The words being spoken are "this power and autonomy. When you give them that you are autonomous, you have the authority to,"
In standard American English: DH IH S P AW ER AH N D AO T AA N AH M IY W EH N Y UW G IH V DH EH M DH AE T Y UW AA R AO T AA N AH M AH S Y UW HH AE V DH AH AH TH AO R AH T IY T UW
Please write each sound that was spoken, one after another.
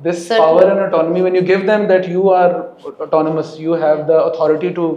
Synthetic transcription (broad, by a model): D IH S P AW ER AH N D AO T AA N AH M IY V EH N Y UW G IH V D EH M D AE T Y UW AA R AO T AA N AH M AH S Y UW HH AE V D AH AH T AO R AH T IY T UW